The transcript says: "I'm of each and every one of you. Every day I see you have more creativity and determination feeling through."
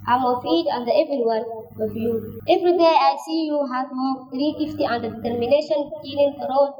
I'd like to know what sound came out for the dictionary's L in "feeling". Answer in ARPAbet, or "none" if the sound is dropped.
N